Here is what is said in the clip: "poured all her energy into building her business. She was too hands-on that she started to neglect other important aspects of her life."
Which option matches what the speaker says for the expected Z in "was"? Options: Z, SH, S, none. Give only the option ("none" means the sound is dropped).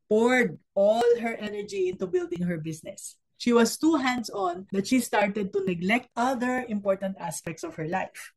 S